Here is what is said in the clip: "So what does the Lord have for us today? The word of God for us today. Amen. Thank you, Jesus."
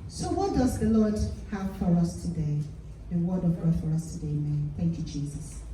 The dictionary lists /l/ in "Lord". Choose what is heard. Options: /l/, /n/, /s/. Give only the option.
/l/